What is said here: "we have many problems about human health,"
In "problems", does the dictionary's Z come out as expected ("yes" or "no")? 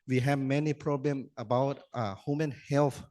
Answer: no